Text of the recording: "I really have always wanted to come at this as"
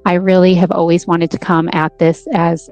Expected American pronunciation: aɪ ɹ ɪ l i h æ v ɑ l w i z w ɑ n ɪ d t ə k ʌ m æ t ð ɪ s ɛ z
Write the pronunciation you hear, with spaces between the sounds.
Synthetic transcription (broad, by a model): aɪ ɹ ɪ l i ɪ v ɑ l w i z w ɑ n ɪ d t ə k ʌ m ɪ t ð ɪ s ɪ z